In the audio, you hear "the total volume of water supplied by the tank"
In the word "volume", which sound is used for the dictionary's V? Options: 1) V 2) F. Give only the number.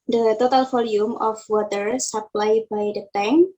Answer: 2